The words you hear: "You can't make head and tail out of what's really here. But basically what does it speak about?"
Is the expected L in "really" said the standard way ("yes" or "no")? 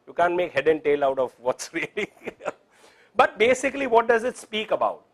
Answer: no